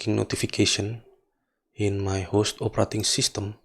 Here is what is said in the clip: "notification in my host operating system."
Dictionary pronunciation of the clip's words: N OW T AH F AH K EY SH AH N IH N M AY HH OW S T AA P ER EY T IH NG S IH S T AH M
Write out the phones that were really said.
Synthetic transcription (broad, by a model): N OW T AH F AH K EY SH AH N IH N M AY HH OW S T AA P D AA T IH NG S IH S T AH M